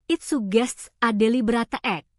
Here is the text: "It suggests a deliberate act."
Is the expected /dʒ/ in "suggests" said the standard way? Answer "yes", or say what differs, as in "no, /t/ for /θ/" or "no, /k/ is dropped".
no, /dʒ/ is dropped